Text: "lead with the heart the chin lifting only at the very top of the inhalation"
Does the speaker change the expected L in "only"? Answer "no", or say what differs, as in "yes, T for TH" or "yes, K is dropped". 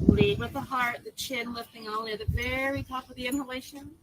yes, L is dropped